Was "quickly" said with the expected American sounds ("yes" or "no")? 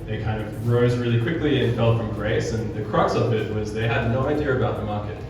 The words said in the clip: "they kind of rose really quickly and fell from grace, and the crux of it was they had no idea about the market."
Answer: yes